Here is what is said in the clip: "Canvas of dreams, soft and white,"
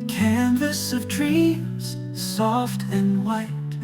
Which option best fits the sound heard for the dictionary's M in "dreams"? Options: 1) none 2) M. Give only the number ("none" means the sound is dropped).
1